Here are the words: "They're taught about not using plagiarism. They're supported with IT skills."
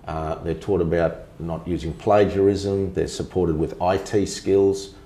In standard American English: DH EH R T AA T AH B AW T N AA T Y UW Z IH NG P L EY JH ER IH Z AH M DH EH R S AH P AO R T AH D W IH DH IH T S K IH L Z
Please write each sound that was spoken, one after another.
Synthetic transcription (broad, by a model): DH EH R T AA T AH B AW T N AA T Y UW Z IH NG P L EY JH ER IH Z AH M DH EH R S AH P AO R T AH D W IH DH IH T S K IH L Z